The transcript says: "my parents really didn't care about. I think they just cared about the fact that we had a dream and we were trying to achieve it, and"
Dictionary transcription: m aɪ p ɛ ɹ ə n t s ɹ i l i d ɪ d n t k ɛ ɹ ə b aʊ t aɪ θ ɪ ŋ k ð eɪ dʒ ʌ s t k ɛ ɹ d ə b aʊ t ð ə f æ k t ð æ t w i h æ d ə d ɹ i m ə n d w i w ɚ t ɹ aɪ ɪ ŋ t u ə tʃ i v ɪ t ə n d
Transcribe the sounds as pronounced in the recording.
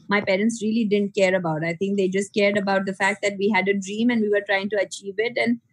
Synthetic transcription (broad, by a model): m aɪ p ɛ ɹ ə n t s ɹ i l i d ɪ d n t k ɛ ɹ ə b aʊ t aɪ t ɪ ŋ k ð eɪ dʒ ʌ s t k ɛ ɹ d ə b aʊ t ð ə f æ k t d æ t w i h æ d ə d ɹ i m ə n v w i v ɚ t ɹ aɪ ɪ ŋ t u ə tʃ i v ɪ t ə n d